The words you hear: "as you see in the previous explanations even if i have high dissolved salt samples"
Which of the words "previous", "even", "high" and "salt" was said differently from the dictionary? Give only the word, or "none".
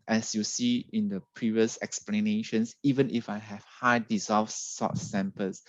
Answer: salt